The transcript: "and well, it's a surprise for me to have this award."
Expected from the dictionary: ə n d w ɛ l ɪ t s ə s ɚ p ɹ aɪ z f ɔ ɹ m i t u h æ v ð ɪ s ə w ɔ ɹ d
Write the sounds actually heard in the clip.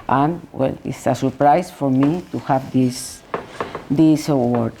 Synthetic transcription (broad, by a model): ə n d w ɛ l ɪ t s ə s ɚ p ɹ aɪ s f ɔ ɹ m i t u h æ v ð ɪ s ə w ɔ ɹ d